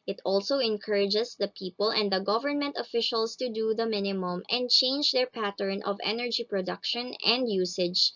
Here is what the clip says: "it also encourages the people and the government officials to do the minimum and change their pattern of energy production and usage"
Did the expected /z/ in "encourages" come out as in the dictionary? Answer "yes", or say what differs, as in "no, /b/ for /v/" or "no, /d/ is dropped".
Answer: no, /s/ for /z/